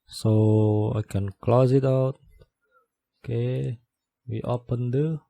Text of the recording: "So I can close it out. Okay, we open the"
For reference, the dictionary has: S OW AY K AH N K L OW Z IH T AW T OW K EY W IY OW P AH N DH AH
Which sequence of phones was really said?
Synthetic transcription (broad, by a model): S OW AY K AH N K L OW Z IH T AW T OW K EY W IY OW P AH N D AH